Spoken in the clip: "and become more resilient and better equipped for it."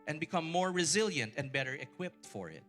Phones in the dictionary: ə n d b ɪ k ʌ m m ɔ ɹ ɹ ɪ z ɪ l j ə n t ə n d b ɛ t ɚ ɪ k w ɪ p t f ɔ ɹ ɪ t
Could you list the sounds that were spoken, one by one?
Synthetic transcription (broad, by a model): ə n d b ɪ k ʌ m m ɔ ɹ ɹ ɪ z ɪ l j ə n t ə n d b ɛ t ɚ ɪ k w ɪ p t f ɔ ɹ ɪ t